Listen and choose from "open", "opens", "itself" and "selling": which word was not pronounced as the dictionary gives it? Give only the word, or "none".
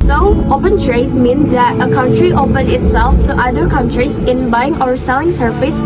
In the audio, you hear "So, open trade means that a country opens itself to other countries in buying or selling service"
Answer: opens